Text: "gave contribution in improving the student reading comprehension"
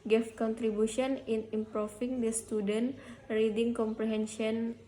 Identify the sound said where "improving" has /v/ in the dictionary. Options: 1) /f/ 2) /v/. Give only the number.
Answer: 1